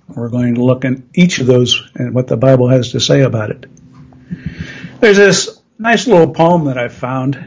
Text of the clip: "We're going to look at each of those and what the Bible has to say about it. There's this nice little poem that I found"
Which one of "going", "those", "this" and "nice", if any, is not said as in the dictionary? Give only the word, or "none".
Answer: none